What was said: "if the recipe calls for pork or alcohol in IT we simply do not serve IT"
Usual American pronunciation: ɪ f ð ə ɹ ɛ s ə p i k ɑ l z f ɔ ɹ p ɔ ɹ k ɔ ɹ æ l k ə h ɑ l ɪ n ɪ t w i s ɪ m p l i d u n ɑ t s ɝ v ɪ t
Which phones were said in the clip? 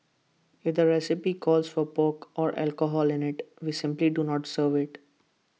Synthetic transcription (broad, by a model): ɪ f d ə ɹ ɛ s ə p i k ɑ l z f ɔ ɹ p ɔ k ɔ ɹ æ l k ə h ɑ l ɪ n ɪ t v i s ɪ m p l i d u n ɑ t s ɝ v ɪ t